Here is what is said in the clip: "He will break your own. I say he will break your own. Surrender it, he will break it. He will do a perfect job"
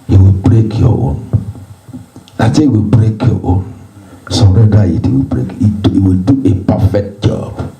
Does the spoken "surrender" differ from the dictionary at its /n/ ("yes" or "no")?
yes